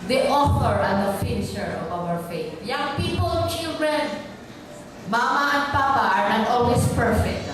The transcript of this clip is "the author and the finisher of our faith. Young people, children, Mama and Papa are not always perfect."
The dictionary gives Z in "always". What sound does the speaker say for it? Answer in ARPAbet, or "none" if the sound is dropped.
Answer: S